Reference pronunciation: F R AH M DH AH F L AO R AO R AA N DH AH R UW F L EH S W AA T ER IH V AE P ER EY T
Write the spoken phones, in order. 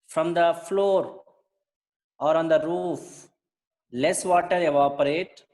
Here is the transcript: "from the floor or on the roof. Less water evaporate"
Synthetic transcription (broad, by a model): F R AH M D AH F L AO R AO R AA N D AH R UW F L EH S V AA T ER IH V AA P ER EY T